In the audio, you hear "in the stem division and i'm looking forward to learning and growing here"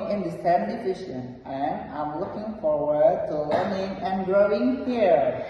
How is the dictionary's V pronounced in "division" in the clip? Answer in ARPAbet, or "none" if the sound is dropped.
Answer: F